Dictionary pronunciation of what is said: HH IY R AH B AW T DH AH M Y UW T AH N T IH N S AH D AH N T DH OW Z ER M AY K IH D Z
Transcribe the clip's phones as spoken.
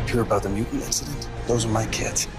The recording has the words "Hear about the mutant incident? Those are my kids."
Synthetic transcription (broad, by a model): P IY R AH B AW T DH AH M Y UW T N IH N S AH D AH N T DH OW Z ER M AY K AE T